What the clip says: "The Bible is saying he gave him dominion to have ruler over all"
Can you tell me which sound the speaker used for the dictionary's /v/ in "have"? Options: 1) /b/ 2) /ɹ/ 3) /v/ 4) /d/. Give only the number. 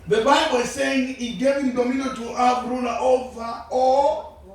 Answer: 1